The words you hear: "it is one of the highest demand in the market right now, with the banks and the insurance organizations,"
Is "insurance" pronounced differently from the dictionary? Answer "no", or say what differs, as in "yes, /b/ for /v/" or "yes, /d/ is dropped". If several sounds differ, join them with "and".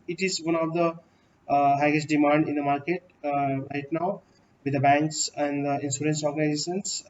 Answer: yes, /s/ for /ʃ/